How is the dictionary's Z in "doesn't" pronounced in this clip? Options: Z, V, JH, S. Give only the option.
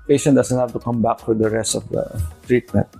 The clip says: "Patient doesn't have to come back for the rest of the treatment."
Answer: S